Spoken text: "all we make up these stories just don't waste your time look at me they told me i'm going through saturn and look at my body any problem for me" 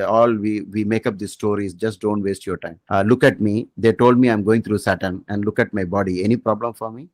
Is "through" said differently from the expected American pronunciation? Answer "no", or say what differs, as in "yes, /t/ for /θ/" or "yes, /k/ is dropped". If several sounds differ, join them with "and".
yes, /t/ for /θ/